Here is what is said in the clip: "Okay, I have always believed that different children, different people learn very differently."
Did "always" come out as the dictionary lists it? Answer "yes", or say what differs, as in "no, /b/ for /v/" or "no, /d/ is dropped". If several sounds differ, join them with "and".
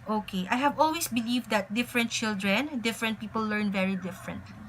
no, /s/ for /z/